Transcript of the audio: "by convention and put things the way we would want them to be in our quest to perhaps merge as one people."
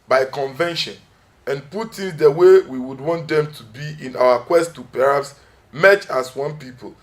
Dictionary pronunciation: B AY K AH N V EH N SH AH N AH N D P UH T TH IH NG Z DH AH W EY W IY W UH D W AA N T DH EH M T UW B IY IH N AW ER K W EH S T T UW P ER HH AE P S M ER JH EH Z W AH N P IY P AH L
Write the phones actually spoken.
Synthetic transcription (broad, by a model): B AY K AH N V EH N SH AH N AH N P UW T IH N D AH W EY W IY W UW D W AA N T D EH M T UW B IY IH N AW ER K W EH S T T UW P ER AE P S M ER CH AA S W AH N P IY P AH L